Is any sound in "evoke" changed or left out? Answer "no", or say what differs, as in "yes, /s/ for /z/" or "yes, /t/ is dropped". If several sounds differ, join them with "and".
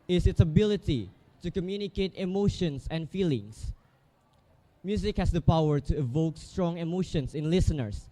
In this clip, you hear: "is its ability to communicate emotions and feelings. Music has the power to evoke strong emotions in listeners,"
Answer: no